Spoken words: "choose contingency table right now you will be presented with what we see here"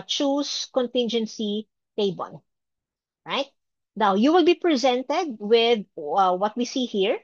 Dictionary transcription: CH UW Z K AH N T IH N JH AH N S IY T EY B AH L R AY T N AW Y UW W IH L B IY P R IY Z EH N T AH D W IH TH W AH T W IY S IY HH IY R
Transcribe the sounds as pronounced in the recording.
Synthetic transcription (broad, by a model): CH UW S K AH N T IH N JH AH N S IY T EY B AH N R AY T N AW Y UW W IH L B IY P R IY Z EH N T AH D W IH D W AH T W IY S IY HH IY R